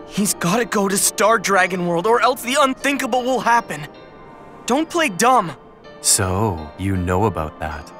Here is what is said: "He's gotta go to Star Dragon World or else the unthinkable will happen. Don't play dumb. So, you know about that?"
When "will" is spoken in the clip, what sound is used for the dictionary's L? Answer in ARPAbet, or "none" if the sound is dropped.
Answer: L